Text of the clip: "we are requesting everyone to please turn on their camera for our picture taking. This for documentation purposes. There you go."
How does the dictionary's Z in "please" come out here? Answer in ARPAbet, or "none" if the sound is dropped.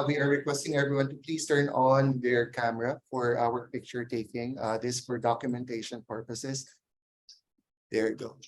S